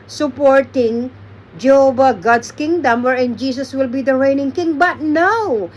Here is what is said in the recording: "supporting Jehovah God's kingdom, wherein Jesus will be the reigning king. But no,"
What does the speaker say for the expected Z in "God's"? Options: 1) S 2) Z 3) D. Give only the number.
1